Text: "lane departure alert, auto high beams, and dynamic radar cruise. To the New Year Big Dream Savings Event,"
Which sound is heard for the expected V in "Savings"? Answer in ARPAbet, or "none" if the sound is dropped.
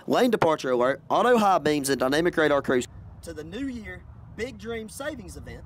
V